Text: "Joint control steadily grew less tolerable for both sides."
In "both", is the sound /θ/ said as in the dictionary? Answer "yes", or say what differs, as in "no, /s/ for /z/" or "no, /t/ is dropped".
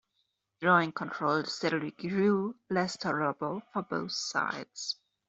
yes